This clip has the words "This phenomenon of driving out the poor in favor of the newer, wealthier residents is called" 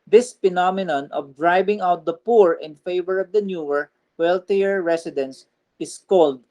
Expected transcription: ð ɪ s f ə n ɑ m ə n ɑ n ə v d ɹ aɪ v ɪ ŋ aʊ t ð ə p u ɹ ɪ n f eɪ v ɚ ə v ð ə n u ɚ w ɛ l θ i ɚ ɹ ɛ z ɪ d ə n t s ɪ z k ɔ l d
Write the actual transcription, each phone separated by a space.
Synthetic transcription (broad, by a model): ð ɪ s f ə n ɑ m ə n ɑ n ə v d ɹ aɪ b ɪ ŋ aʊ t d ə p u ɹ ɪ n f eɪ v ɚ ə v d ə n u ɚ w ɛ l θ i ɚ ɹ ɛ s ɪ d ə n s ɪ s k ɔ l d